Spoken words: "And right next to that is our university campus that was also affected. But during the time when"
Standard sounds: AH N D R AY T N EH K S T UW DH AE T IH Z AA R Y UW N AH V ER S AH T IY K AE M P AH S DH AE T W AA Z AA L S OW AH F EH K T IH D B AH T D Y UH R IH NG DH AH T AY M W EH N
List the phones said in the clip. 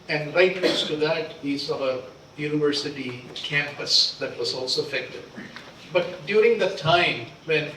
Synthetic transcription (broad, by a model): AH N D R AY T L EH S T UW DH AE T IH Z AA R Y UW N AH V ER S AH T IY K AE M P AH S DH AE T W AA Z AA L S OW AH F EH K T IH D B AH T D Y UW R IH NG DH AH T AY M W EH N